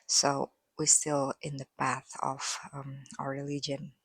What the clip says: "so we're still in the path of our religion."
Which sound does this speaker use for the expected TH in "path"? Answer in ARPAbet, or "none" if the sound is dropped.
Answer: TH